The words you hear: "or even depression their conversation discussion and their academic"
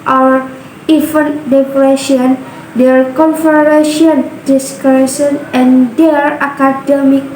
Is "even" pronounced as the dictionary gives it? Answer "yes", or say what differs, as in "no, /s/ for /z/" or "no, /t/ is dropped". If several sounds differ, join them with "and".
no, /f/ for /v/